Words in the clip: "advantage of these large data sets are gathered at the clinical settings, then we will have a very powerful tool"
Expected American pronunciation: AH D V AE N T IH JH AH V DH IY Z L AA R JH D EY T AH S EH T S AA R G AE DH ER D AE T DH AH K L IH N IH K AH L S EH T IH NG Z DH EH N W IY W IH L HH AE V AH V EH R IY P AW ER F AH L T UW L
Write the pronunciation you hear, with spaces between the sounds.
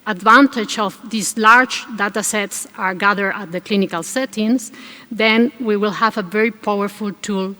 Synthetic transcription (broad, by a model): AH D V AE N T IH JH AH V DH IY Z L AA R JH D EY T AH S EH T S AA R G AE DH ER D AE T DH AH K L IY N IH K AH L S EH T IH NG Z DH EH N W IY W IH L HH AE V AH V EH R IY P AW ER F AH L T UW L